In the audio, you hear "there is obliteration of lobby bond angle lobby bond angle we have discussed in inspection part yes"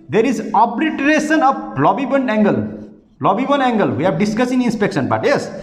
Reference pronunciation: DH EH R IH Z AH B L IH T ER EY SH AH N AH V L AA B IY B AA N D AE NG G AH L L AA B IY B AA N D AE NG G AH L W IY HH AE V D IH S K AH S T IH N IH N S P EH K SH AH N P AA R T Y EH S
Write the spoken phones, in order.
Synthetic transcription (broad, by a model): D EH R IH Z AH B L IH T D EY S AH N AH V L AA B IY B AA N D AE NG G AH L L AA B IY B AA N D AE NG G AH L W IY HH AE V D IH S K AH S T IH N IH N S P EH K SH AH N B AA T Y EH S